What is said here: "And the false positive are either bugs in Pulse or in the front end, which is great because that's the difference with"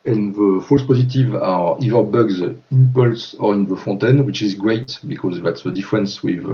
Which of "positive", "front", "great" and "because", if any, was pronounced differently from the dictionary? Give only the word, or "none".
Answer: front